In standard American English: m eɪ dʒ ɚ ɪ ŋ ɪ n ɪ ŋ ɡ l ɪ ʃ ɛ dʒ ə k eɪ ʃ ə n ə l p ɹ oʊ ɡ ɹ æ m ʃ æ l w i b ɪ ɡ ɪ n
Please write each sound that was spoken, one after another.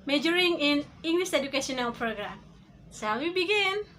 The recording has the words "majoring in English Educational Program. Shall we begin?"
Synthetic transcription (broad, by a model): m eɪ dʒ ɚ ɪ ŋ ɪ n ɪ ŋ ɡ l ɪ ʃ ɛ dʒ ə k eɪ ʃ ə n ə l p ɹ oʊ ɡ ɹ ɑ m s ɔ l w i b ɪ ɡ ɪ n